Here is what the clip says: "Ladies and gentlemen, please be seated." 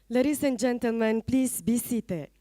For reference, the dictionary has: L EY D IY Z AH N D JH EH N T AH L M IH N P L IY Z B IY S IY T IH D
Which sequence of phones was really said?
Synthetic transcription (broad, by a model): L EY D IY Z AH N JH EH N T AH L M IH N P L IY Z B IY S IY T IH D